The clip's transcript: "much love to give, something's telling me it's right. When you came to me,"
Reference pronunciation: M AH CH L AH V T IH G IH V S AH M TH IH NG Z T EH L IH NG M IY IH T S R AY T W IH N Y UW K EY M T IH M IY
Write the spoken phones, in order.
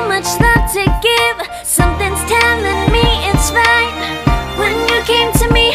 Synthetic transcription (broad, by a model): M AH CH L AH T IH G IH V S AH M TH IH NG Z T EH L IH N M IY IH T S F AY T W IH N Y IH K EY M T IH M IY